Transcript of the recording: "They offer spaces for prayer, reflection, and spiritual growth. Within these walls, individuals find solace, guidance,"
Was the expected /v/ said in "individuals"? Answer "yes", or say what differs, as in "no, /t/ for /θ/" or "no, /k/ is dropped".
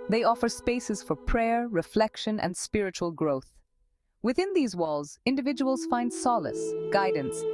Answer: yes